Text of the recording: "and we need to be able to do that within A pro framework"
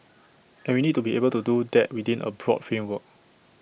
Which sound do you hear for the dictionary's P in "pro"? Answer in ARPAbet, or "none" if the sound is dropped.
B